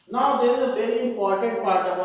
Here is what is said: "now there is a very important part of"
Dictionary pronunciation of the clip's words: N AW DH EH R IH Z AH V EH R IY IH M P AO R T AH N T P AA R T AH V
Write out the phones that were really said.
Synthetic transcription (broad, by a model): N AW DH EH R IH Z AH P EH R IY IH M P AO R T AH N T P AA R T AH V